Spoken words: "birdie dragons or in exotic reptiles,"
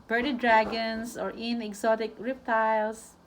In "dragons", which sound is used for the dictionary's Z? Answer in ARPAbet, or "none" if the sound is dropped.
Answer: S